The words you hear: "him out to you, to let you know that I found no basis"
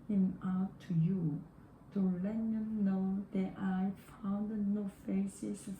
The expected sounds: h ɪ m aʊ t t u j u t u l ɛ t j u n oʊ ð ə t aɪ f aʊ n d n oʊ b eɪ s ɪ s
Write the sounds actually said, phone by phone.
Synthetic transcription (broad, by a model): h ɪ m aʊ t t u j u t u l ɛ t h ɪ n oʊ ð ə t aɪ f aʊ n d n oʊ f eɪ s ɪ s